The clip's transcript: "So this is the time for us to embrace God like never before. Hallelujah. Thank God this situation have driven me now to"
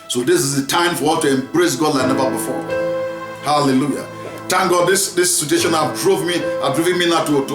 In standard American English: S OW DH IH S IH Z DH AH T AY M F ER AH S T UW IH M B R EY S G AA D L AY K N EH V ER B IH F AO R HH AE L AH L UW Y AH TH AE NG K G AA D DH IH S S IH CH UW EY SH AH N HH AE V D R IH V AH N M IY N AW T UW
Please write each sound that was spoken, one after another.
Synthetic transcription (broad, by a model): S OW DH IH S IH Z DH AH T AY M F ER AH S T UW IH M B R EY S G AA D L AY N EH V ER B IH F AO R HH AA L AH L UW Y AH T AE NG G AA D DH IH S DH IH S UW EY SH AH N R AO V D R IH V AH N M IY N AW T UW